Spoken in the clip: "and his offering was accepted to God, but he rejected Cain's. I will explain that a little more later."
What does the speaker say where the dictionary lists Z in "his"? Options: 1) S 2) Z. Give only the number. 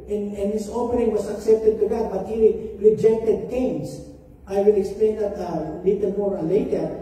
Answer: 1